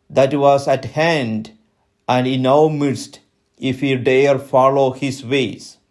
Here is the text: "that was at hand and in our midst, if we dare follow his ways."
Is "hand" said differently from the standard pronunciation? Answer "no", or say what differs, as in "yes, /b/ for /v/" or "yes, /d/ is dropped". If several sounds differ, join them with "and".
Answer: no